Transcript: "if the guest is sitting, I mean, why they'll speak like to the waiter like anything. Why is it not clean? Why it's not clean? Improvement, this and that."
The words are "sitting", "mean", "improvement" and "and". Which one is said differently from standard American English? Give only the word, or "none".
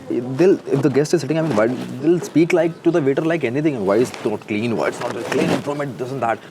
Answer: improvement